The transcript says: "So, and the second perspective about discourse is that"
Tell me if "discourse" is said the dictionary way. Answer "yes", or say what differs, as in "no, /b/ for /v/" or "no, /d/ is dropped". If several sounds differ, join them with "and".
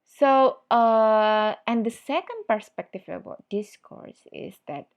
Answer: yes